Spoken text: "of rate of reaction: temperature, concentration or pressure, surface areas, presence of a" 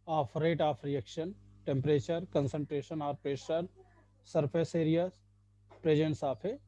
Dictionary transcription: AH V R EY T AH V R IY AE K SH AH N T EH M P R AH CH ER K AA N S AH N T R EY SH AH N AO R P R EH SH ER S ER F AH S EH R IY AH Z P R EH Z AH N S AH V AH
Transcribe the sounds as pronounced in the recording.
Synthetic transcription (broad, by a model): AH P R EY T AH P R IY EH K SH AH N T EH M P R AH CH ER K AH N S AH N T R EY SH AH N AO R P R EH SH ER S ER P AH S EH R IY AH S P R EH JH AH N S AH P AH